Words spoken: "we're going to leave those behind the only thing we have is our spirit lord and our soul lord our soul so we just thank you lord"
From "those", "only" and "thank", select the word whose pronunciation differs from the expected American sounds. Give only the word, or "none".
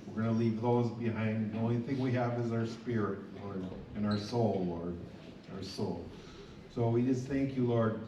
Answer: none